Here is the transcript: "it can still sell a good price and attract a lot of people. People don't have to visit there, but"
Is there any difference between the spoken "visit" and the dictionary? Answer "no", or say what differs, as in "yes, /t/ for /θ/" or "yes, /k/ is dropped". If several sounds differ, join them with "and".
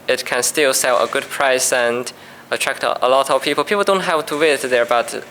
yes, /w/ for /v/